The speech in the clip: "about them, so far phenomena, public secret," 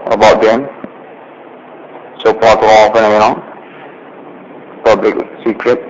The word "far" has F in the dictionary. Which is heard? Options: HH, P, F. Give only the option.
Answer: P